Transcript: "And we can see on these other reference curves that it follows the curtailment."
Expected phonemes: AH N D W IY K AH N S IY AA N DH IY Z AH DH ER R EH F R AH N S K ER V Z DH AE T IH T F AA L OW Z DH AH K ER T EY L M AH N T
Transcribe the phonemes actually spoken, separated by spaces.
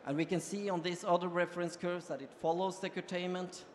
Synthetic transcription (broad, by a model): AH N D W IY K AH N S IY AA N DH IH S AH DH ER R EH F R AH N S K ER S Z DH AE T IH T F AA L OW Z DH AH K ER T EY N M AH N T